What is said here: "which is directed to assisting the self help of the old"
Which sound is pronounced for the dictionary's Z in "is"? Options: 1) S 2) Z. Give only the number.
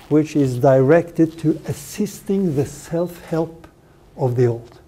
2